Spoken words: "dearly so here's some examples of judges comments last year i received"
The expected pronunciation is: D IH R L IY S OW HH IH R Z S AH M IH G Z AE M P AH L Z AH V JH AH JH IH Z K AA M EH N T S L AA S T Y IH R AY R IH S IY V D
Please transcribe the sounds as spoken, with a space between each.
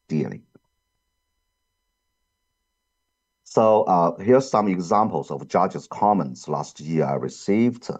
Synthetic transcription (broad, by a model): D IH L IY S OW HH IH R S AH M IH G Z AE M P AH L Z AH V JH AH JH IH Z K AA M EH N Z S L AA S T Y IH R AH R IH S IY V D